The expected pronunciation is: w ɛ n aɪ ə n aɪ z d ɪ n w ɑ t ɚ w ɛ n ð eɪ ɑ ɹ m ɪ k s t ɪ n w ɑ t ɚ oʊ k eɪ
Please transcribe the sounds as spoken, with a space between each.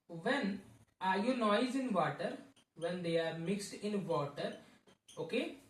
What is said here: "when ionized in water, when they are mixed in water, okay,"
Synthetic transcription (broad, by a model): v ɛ n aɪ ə n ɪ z ɪ n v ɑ t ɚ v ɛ n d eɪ ɑ ɹ m ɪ k s t ɪ n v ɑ t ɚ oʊ k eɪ